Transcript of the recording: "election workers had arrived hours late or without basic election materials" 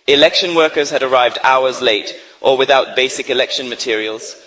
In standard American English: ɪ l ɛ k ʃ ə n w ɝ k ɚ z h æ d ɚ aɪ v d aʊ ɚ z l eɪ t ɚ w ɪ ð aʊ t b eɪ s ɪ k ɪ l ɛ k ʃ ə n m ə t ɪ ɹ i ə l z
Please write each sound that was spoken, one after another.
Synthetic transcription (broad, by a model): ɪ l ɛ k ʃ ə n w ɝ k ɚ z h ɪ d ɚ aɪ v d aʊ ɚ z l eɪ t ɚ w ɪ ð aʊ t b eɪ s ɪ k ɪ l ɛ k ʃ ə n m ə t ɪ ɹ i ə l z